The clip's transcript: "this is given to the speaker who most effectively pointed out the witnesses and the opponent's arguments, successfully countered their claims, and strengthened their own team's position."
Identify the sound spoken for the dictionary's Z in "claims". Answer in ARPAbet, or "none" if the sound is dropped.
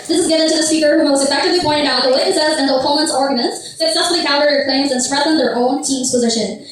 Z